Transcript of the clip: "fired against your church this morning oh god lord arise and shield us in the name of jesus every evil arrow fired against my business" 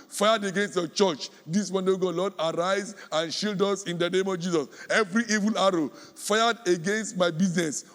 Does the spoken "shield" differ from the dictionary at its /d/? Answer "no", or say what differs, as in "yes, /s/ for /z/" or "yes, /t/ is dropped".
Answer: no